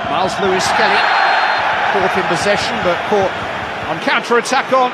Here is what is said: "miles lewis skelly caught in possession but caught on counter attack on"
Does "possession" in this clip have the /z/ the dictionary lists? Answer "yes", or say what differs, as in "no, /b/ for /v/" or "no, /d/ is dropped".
yes